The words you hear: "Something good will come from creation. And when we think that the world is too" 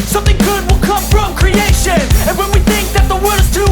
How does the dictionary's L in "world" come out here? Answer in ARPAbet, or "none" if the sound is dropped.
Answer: none